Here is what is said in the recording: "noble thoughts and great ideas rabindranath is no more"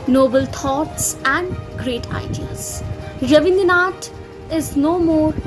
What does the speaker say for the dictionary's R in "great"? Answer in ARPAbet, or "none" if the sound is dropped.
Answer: R